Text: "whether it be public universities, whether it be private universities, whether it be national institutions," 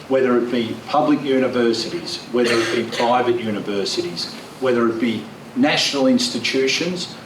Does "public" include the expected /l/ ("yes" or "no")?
yes